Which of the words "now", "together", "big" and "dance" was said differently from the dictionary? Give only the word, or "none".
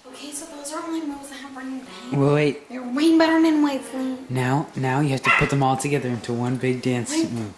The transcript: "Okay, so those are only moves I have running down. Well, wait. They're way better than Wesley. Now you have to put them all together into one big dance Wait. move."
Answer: none